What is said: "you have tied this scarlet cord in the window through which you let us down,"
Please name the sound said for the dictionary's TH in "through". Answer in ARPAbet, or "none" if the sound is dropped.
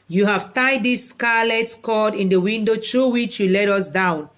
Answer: T